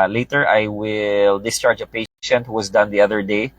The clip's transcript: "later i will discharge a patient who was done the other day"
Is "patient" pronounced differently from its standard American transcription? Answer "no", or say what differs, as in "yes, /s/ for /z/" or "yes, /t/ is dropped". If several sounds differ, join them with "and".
no